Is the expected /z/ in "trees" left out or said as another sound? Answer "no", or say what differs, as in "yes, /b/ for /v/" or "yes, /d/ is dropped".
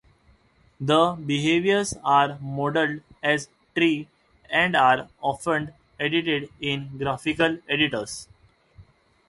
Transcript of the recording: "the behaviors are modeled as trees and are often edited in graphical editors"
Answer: yes, /z/ is dropped